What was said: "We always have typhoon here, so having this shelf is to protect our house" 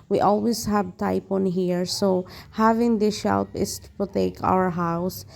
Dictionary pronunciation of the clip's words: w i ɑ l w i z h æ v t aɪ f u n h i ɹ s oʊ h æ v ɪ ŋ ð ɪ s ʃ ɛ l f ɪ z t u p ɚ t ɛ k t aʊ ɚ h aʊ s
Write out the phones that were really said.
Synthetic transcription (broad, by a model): w i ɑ l w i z h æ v t aɪ p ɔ n h i ɹ s oʊ h æ v ɪ ŋ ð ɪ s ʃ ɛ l p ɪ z t u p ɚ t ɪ k aʊ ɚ h aʊ s